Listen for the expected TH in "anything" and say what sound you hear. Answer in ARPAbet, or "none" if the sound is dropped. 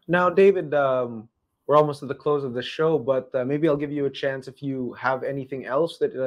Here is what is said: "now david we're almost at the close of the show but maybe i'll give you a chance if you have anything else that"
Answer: TH